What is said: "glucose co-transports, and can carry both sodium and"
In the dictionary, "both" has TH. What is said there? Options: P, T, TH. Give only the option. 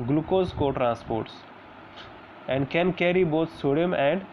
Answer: T